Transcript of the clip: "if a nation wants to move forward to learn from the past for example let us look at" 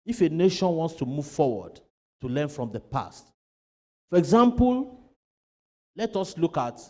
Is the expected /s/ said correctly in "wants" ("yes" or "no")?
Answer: yes